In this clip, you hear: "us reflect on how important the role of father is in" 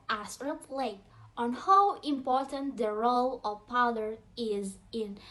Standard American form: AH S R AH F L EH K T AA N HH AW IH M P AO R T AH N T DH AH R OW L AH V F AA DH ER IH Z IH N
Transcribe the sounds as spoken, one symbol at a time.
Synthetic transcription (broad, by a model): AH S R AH P L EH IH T AA N HH AW IH M P AO R T AH N T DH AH R OW L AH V P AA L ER IH Z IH N